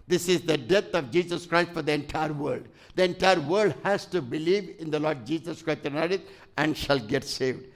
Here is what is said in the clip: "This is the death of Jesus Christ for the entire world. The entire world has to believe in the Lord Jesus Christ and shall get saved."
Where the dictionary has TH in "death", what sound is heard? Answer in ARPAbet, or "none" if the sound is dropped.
T